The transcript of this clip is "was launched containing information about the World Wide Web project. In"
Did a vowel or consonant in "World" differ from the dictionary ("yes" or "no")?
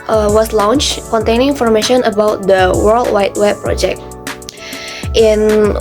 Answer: no